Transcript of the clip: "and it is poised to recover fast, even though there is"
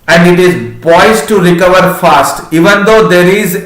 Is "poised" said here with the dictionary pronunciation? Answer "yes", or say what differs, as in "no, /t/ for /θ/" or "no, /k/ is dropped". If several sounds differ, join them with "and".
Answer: no, /b/ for /p/